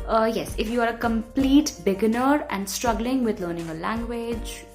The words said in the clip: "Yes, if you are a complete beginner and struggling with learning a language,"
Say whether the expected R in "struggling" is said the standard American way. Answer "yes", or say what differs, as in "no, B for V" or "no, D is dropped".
yes